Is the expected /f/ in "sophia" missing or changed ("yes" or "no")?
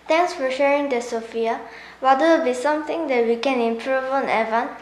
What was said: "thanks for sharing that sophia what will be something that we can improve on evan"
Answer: no